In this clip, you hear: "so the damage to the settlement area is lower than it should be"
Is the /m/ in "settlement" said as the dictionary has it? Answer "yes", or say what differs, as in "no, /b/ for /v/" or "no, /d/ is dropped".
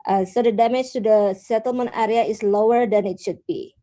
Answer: yes